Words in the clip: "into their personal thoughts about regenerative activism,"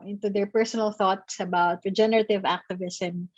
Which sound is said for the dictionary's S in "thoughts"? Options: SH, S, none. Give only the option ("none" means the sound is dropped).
S